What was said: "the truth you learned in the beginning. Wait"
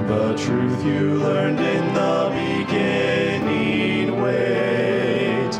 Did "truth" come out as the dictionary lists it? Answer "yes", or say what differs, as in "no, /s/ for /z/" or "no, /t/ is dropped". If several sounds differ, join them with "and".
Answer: yes